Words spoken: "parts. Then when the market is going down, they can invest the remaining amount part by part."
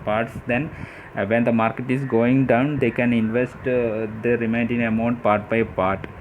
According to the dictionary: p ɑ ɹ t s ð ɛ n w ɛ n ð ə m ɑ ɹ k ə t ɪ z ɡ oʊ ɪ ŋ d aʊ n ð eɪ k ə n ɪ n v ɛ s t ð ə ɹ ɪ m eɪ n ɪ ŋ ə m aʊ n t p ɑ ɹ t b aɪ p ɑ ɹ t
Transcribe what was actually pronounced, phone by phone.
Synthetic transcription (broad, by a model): p ɑ ɹ t s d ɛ n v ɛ n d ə m ɑ ɹ k ə t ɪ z ɡ oʊ ɪ ŋ d aʊ n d eɪ k ə n ɪ n v ɛ s t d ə ɹ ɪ m eɪ n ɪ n ə m aʊ n t p ɑ ɹ t b aɪ p ɑ ɹ t